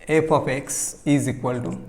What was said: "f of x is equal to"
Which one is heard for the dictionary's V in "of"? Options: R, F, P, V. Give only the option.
P